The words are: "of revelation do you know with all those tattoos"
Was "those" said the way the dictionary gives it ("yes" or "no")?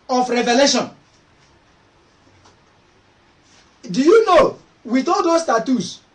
no